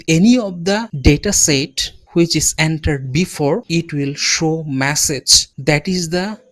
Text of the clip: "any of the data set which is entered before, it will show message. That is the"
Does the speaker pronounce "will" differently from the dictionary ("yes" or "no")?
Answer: no